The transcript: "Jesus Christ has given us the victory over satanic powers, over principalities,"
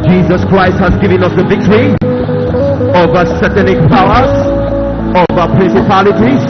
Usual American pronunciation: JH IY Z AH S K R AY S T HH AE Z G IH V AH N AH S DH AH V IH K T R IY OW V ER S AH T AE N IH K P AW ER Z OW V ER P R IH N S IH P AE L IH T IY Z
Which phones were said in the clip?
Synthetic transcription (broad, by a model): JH IY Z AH S K R AY S T HH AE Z G IH V AH N AH S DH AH V IH K T R IY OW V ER S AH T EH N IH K P AW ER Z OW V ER P R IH N S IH P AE L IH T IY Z